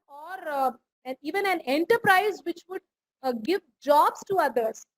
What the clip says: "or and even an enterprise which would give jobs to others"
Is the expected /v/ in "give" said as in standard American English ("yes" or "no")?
yes